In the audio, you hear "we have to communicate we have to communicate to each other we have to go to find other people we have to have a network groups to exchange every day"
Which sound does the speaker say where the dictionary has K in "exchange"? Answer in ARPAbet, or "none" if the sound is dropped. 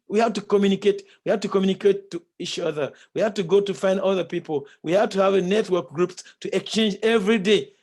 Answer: K